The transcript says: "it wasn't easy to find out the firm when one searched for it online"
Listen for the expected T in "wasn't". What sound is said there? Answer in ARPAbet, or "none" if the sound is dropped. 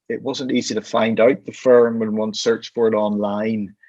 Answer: T